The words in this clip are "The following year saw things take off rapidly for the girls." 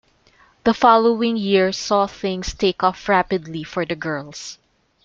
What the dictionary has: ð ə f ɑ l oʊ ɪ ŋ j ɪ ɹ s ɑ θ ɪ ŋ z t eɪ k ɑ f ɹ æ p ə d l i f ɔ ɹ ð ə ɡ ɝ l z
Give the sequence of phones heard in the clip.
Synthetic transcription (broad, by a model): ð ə f ɑ l oʊ ɪ ŋ j ɪ ɹ s ɑ θ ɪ ŋ s t eɪ k ɑ f ɹ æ p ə d l i f ɔ ɹ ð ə ɡ ɝ l s